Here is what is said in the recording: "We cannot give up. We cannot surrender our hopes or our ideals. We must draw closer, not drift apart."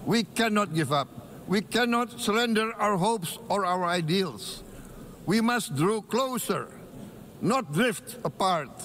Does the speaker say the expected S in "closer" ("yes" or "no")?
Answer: yes